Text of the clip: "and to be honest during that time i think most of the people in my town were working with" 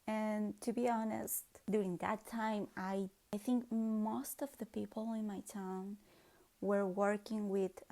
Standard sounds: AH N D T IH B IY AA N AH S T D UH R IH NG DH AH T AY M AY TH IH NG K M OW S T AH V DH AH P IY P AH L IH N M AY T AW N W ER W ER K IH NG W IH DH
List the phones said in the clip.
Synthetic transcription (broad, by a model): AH N T IH B IY AA N AH S T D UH R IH NG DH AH T AY M AY TH IH NG K M OW S T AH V DH AH P IY P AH L IH N M AY T AW N W ER W ER K IH NG W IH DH